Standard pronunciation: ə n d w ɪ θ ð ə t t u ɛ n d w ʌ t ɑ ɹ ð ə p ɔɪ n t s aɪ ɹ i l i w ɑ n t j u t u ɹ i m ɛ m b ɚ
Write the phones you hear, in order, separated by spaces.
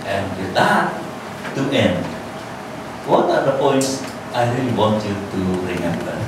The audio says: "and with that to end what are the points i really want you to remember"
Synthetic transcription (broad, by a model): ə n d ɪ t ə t t u ɛ n d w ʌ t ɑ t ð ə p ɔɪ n t aɪ ɹ i l i w ɑ n t j u t u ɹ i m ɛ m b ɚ